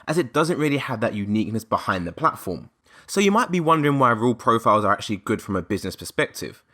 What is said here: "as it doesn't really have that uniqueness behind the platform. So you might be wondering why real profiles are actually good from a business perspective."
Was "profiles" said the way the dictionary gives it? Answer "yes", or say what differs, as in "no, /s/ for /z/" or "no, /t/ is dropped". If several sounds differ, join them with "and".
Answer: yes